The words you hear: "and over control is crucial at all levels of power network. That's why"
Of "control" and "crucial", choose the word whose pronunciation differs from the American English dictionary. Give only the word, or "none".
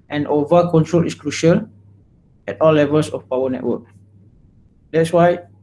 none